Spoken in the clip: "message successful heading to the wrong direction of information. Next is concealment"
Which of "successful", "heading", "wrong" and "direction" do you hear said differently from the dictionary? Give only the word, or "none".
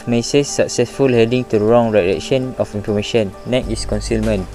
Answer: direction